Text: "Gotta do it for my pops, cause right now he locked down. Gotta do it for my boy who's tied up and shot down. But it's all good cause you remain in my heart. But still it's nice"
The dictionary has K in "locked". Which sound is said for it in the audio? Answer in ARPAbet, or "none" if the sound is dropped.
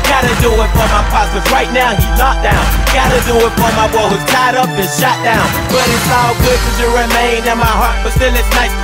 none